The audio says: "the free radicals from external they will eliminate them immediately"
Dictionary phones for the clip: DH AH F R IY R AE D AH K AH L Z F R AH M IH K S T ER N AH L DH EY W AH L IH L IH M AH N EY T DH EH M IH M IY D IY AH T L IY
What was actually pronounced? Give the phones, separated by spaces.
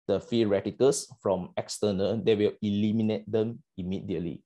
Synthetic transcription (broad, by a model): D AH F IY R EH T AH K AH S F R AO M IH K S T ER N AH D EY W AH L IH L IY M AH N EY T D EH M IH M IY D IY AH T L IY